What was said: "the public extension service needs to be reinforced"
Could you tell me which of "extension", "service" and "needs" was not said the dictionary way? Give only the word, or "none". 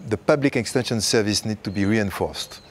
needs